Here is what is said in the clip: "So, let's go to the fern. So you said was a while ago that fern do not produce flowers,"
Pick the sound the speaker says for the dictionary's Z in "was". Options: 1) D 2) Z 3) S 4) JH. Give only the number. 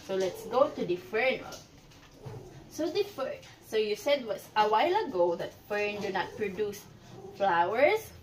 3